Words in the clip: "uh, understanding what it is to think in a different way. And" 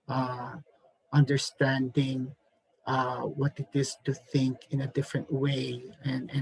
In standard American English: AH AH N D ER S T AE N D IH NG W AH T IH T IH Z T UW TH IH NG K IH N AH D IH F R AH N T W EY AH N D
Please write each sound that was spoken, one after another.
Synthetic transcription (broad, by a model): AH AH N D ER S T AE N D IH NG W AH T IH T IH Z T UW TH IH NG K IH N AH D IH F R AH N T W EY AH N